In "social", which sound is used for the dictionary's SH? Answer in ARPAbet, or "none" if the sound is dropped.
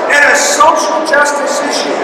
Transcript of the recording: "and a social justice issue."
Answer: SH